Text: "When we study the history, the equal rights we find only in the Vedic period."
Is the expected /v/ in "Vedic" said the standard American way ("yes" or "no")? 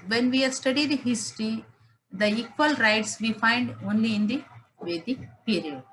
yes